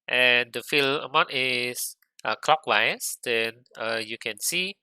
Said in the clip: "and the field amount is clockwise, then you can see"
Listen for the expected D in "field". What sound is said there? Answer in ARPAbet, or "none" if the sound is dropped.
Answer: none